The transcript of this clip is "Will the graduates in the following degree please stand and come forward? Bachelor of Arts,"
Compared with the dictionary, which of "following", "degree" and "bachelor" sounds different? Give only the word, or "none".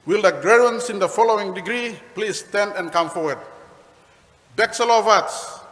bachelor